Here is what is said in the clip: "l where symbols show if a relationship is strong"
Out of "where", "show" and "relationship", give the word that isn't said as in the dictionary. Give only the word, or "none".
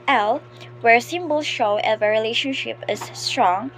none